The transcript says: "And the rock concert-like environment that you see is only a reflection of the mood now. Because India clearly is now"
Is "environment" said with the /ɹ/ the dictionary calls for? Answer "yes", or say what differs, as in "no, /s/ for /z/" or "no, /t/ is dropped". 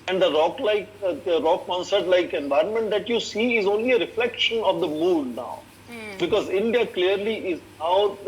yes